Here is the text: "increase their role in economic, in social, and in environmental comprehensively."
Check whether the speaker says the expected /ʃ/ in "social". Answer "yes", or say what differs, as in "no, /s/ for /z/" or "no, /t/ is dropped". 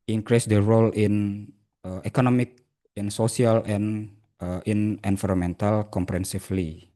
no, /s/ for /ʃ/